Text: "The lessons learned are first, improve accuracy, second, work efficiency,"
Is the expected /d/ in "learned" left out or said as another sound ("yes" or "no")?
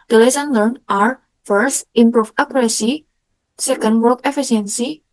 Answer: yes